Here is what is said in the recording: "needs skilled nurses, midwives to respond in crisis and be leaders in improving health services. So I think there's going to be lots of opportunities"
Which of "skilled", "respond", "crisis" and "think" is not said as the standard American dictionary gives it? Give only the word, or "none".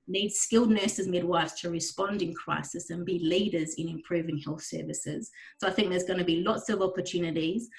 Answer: none